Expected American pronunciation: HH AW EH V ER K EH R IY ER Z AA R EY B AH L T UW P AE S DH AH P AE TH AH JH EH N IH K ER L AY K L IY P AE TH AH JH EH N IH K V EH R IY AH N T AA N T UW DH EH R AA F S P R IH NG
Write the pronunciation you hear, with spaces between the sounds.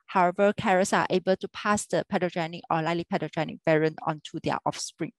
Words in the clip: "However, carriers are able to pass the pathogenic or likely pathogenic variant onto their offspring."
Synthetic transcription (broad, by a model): HH AW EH V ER K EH R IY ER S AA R EY B AH L T UW P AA S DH AH P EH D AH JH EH N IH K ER L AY L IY P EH T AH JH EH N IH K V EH R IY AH N AA N T UW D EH AA F S P R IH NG